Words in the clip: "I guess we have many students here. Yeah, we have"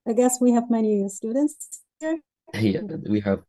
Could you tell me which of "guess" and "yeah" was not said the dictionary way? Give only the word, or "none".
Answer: none